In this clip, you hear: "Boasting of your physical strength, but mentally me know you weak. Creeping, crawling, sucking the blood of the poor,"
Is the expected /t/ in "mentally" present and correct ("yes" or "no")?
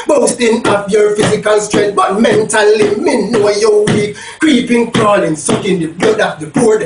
yes